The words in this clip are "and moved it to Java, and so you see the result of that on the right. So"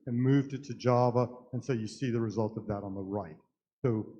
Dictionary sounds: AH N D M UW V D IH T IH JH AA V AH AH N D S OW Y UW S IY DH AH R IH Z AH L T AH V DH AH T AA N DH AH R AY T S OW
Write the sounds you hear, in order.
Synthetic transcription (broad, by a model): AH N M UW V D IH T IH JH AA V AH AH N S OW Y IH S IY DH AH R IH Z AH L T AH V DH AH T N DH AH R AY T S OW